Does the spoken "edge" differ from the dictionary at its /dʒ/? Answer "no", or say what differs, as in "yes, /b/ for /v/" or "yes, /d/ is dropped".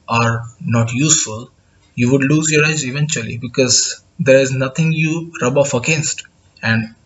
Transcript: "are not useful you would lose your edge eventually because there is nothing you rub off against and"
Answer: yes, /z/ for /dʒ/